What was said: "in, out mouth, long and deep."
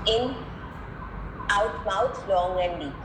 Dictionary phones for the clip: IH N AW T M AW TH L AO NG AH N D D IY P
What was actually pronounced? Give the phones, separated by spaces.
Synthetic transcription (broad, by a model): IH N AW T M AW T L AO NG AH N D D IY